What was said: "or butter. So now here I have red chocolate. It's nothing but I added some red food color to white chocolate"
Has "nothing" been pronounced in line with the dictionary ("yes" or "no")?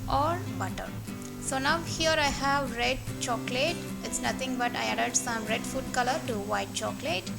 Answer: no